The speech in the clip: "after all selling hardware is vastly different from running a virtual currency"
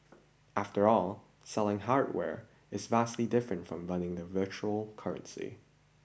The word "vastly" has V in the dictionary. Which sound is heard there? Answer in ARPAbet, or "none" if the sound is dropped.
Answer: V